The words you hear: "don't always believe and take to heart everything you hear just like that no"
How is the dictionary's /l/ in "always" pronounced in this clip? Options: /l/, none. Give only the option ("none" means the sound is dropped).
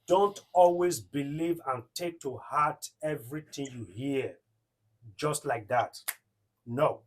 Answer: /l/